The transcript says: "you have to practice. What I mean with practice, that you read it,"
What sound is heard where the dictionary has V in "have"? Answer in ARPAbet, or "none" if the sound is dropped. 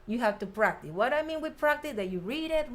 F